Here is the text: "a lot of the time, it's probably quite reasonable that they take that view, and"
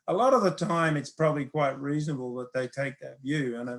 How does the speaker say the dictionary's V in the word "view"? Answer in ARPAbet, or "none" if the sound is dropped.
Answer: V